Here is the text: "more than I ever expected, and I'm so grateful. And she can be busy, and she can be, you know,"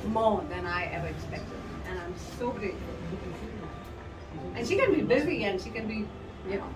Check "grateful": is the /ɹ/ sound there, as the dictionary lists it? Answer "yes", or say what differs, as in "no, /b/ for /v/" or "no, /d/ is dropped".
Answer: yes